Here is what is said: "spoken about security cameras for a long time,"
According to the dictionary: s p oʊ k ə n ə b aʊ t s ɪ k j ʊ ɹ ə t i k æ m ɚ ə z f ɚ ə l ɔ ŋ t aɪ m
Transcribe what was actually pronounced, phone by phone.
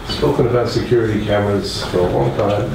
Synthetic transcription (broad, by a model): s p oʊ k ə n ə b aʊ t s ɪ k j ʊ ɹ ə t i k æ m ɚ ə s f ɚ ə l ɔ ŋ t aɪ m